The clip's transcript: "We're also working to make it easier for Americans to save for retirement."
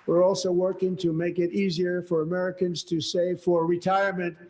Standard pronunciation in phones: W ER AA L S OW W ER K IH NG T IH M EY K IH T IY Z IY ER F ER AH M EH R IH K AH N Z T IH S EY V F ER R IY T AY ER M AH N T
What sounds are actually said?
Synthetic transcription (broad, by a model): W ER AA L S OW W ER K IH NG T IH M EY K IH T IY Z IY ER F ER AH M EH R IH K AH N Z T IH S EY V F ER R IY T AY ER M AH N T